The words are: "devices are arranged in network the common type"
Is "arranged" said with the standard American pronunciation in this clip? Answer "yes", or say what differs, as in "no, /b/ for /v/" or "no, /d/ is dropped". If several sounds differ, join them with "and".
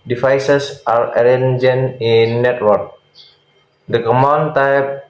no, /d/ is dropped